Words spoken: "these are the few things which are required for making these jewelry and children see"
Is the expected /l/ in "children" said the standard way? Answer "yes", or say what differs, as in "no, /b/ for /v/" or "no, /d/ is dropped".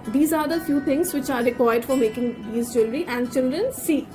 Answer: yes